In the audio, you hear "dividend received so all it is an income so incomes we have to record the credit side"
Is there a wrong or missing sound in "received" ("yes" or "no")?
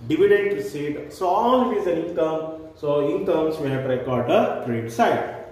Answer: yes